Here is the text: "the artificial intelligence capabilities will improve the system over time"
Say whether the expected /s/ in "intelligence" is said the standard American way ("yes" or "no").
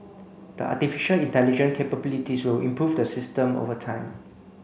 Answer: no